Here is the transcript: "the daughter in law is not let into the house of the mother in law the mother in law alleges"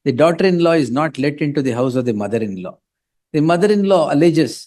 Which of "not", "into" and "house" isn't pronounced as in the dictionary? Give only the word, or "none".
none